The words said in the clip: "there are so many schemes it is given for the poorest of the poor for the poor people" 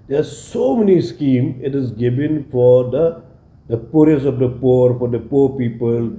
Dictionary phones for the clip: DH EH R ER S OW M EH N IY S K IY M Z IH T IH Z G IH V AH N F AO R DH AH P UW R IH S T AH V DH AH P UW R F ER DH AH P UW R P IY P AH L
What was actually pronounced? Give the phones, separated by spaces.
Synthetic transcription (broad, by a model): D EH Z S OW M EH N IY S K IY M IH T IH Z G IH V AH N F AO R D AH P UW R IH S AH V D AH P UW R F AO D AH P UW R P IY P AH L